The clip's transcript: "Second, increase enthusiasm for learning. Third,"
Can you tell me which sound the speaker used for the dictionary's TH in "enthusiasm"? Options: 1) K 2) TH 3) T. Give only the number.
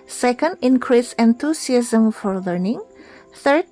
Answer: 3